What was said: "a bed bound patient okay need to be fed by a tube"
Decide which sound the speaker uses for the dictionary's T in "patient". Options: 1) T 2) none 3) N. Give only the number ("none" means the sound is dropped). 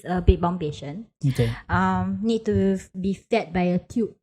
2